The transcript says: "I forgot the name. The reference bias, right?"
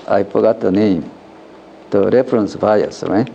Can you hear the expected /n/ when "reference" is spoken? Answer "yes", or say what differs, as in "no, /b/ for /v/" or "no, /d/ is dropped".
yes